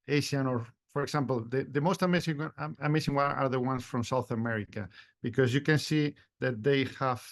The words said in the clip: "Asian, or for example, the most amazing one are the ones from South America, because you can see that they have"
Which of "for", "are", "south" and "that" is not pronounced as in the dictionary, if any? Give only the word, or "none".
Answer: none